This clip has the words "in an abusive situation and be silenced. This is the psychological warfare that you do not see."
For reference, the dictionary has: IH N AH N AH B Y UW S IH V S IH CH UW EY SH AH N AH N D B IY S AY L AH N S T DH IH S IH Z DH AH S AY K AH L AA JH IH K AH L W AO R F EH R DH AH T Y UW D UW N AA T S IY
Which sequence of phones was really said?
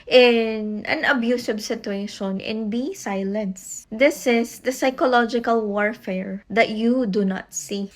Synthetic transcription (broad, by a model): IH N AH N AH B Y UW S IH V S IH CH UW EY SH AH N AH N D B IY S AY L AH N S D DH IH S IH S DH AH S AY K AH L AA JH IH K AH L W AO R F EH R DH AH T Y UW D UW N AA T S IY